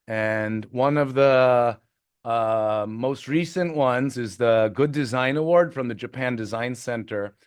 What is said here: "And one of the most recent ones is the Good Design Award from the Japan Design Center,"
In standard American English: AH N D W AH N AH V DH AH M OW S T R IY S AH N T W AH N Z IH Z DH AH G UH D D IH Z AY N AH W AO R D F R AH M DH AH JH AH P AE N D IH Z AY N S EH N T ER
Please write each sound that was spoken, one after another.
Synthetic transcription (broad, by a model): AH N W AH N AH V DH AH M OW S T R IY S AH N T W AH N Z IH Z DH AH G UH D D IH Z AY N AH W AO R D F R AH M DH AH JH AH P AE N D IH Z AY N S EH N T ER